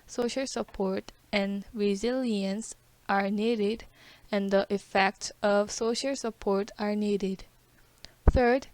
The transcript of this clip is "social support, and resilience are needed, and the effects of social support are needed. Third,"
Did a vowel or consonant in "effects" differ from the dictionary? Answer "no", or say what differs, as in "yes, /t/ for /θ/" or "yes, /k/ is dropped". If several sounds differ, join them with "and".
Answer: no